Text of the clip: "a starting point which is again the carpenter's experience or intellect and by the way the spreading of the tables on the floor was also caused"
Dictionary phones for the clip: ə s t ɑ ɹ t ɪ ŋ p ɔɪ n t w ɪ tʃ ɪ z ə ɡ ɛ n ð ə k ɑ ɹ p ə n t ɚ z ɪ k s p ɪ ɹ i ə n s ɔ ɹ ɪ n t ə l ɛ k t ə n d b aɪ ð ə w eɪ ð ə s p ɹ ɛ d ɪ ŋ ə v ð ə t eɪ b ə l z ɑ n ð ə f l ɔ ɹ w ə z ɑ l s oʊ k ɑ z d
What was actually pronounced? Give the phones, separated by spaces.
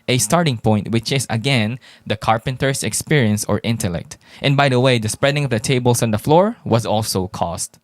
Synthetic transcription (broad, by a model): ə s t ɑ ɹ t ɪ ŋ p ɔɪ n t w ɪ tʃ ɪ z ə ɡ ɛ n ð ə k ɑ ɹ p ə n t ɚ s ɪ k s p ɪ ɹ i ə n s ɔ ɹ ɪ n t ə l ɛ k t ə n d b aɪ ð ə w eɪ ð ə s p ɹ ɛ d ɪ ŋ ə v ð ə t eɪ b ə l s ɑ n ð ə f l ɔ ɹ w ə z ɑ l s oʊ k ɑ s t